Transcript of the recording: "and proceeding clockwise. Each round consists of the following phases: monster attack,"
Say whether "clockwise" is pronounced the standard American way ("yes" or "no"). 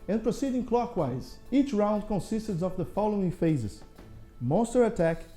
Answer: yes